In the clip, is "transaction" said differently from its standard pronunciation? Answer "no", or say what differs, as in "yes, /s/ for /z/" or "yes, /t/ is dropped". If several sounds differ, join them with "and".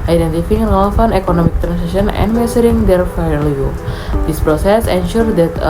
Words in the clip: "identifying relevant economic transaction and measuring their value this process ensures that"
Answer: yes, /s/ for /z/ and /k/ is dropped